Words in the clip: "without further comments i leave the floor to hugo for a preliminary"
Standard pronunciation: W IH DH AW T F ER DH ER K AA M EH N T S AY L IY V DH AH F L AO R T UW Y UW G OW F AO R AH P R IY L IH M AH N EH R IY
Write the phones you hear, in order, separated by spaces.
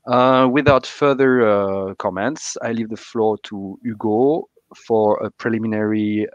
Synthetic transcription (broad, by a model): W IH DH AW T F ER DH ER K AA M EH N T S AY L IY V DH AH F L AO R T UW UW G OW F AO R AH P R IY L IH M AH N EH R IY